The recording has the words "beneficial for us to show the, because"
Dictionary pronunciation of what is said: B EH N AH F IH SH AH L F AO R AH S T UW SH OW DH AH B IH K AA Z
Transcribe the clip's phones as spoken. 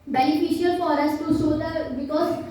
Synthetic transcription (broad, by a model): B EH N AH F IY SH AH L F AO R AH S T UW S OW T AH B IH K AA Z